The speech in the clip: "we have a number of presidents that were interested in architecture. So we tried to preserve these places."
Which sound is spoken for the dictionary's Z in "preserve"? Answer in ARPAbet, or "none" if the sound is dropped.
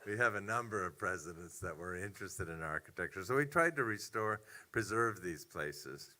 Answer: Z